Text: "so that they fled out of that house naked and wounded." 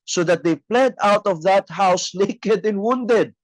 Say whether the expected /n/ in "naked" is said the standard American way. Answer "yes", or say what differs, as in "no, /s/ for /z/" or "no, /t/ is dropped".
no, /l/ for /n/